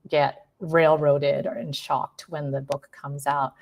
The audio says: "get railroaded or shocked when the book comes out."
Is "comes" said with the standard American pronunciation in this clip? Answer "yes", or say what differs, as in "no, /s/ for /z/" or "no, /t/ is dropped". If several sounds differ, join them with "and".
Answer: yes